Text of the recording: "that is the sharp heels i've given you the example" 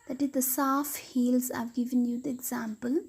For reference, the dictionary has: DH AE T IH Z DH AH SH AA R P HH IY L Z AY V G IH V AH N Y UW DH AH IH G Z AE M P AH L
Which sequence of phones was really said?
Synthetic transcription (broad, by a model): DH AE T IH Z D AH S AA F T HH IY L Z AY V G IH V AH N Y UW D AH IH G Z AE M P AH L